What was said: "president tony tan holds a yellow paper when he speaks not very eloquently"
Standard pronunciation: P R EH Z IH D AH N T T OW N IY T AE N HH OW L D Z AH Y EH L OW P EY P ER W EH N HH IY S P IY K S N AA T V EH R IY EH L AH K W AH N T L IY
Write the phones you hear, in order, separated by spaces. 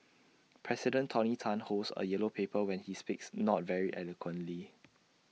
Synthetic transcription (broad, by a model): P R EH S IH D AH N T T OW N IY T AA N HH OW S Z AH Y EH L OW P EY P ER W EH N HH IY S P IY K S N AA T V EH R IY EH L AH K W AH N T L IY